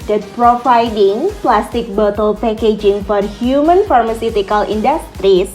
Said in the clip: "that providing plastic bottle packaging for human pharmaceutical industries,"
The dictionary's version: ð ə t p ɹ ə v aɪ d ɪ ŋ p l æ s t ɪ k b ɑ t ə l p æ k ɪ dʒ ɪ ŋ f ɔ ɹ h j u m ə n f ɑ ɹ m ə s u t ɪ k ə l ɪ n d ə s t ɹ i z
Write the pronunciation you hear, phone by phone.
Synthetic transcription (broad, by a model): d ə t p ɹ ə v aɪ d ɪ ŋ p l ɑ s t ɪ k b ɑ t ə l p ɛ k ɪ dʒ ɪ ŋ f ɔ ɹ h j u m ə n f ɑ ɹ m ə s u t ɪ k ə l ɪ n d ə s t ɹ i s